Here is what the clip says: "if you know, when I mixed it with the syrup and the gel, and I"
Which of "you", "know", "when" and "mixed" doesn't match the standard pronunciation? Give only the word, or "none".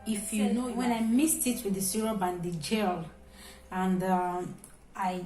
mixed